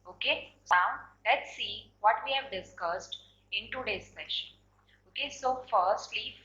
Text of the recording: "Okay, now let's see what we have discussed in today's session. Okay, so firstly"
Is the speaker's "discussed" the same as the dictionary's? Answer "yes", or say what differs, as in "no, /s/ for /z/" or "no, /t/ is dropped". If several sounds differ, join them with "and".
yes